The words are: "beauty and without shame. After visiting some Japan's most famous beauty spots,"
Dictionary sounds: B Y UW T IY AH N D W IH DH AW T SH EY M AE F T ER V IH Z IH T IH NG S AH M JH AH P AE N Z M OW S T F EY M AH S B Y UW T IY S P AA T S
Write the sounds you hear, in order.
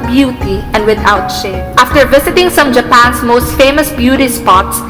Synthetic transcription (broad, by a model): B Y UW T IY AH N D W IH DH AW T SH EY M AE F T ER V IH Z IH T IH NG S AH M JH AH P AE N S M OW S T F EY M AH S B Y UW T IY S P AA T S